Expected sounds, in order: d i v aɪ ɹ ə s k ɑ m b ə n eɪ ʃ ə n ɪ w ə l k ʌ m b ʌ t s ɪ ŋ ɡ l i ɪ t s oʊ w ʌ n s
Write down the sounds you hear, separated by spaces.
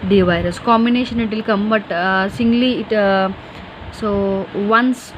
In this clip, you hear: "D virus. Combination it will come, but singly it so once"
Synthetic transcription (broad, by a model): d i v aɪ ɹ ə s k ɑ m b ə n eɪ ʃ ə n ɪ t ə l k ʌ m b ʌ t s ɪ ŋ ɡ l i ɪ t s oʊ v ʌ n s